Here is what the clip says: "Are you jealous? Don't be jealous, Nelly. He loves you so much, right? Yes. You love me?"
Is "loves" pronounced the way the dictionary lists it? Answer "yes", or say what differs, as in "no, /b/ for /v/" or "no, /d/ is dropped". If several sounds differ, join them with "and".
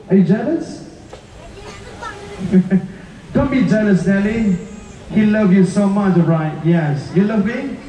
no, /z/ is dropped